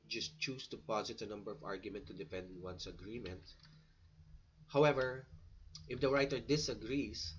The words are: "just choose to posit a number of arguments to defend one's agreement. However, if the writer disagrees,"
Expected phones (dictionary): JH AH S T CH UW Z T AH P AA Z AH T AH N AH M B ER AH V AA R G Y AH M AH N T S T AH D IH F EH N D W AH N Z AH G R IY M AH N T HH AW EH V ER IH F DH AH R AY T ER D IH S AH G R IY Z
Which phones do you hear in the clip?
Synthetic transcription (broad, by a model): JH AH S T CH UW S T AH P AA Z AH T AH N AH M B ER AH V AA R G Y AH M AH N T T AH D IH F EH N D W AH N S AH G R IY M AH N T HH AW EH V ER IH F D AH R AY T ER D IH S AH G R IY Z